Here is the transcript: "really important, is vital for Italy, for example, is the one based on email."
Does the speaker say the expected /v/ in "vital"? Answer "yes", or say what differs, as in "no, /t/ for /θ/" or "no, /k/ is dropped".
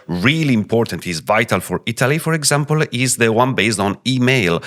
yes